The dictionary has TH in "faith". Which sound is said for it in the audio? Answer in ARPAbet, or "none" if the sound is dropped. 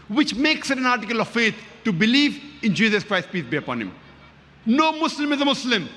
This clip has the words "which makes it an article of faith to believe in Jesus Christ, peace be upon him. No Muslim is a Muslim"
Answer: T